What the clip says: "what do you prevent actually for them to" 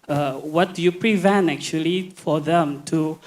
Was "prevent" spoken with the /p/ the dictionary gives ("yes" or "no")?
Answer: yes